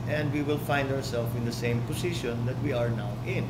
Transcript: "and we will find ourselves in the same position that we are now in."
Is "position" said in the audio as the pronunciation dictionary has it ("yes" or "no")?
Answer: no